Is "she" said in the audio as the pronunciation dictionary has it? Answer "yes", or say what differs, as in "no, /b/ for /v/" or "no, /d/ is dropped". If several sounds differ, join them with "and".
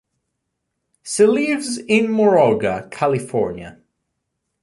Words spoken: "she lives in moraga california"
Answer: no, /s/ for /ʃ/